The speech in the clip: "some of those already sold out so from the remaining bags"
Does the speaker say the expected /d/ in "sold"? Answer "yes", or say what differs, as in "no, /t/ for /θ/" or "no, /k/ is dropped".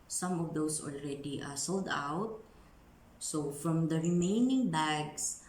yes